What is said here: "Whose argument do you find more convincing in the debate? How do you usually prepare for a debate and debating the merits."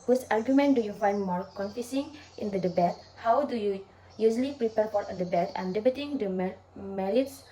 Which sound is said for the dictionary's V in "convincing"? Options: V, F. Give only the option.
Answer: F